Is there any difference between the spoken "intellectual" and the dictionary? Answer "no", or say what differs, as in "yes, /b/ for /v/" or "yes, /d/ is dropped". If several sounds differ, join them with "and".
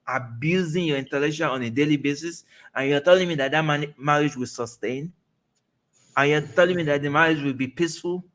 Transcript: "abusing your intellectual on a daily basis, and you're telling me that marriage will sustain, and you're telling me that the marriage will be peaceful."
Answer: yes, /ʃ/ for /tʃ/